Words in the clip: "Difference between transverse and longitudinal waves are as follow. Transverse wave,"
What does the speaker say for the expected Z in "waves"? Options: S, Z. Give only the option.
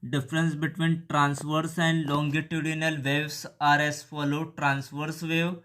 S